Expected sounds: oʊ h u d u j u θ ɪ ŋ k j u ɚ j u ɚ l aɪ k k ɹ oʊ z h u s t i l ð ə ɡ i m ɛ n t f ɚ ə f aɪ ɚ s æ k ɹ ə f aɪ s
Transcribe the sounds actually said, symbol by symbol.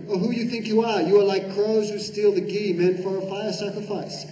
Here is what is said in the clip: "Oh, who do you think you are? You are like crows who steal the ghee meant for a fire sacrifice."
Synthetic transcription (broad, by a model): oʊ h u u j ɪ θ ɪ ŋ k j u ɚ j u ɚ l aɪ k k ɹ oʊ z h u s t i l ð ə ɡ i m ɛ n f ɚ ə f aɪ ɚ s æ k ɹ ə f aɪ s